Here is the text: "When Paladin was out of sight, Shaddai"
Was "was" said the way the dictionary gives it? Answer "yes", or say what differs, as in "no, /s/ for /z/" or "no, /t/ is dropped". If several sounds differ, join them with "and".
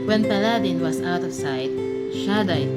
no, /s/ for /z/